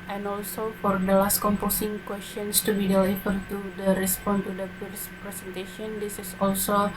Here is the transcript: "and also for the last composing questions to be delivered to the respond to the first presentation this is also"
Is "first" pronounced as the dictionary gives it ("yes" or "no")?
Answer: no